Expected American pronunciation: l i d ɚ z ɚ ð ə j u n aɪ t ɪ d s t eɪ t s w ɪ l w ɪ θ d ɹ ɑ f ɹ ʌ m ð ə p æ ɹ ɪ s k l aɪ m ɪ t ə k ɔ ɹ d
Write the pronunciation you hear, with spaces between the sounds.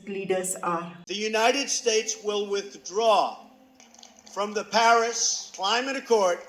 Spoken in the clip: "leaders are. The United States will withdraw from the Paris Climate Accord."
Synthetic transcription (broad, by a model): l i d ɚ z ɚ ð ə j u n aɪ t ɪ d s t eɪ t s w ɪ l w ɪ θ d ɹ ɑ f ɹ ʌ m ð ə p æ ɹ ɪ s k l aɪ m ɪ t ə k ɔ ɹ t